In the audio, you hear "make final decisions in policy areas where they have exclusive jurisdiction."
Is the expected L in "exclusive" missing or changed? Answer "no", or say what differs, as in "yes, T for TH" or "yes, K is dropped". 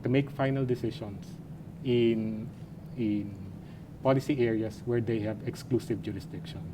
no